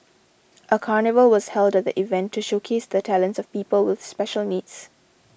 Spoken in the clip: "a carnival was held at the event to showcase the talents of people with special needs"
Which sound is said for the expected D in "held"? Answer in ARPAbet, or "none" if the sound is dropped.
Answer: D